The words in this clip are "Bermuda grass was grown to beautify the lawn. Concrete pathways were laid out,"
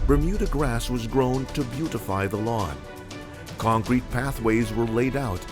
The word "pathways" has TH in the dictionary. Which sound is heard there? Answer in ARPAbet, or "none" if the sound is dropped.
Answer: TH